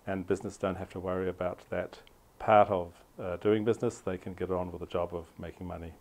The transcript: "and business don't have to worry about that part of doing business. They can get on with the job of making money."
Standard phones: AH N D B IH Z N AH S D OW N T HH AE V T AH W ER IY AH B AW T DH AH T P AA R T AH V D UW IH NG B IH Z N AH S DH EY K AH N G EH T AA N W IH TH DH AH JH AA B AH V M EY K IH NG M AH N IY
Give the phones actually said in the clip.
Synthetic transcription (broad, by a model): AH N B IH Z N AH S D OW N T HH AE F T AH W ER IY AH B AW T DH AH T P AA R T AH V D UW IH NG B IH Z N AH S DH EY K AH N G EH T N W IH DH AH JH AA B AH V M EY K IH NG M AH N IY